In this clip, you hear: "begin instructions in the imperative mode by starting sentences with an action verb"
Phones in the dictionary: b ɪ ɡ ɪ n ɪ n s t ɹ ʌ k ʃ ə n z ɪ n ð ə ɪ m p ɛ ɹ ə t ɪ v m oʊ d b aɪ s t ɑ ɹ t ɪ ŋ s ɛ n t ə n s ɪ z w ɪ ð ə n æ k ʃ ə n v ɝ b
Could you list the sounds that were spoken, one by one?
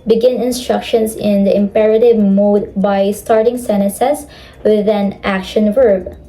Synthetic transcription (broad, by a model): b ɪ ɡ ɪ n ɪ n s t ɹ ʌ k ʃ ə n s ɪ n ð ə ɪ m p ɛ ɹ ə t ɪ v m oʊ d b aɪ s t ɑ ɹ t ɪ ŋ s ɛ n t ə s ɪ s w ɪ ð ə n æ k ʃ ə n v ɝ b